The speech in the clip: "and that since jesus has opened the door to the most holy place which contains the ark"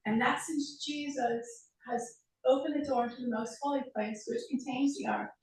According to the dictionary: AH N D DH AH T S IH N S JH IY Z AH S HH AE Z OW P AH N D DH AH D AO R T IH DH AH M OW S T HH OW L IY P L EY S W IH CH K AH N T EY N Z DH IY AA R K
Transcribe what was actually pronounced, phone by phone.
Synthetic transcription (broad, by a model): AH N DH AH T S IH N S JH IY Z AH S HH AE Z OW P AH N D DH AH D AO R T IH DH AH M OW S T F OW L IY P L EY S W IH CH K N T EY N Z DH IY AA R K